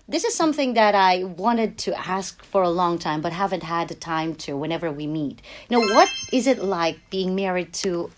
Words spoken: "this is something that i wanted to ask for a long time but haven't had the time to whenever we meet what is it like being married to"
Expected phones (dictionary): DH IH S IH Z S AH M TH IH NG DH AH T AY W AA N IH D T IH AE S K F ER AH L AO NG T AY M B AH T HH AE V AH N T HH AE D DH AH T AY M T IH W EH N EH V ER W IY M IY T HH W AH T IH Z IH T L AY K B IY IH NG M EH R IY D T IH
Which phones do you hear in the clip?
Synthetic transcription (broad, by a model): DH IH S IH Z S AH M TH IH NG DH AH T AY W AA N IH D T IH AE S K F ER AH L AO NG T AY M B AH T HH AE V AH N T HH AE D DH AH T AY M T IH W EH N EH V ER W IY M IY T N W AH T IH Z IH T L AY K B IY IH NG M EH R IY D T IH